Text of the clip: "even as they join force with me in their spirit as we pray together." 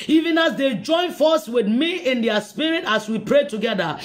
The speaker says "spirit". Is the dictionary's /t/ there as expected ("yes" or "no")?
yes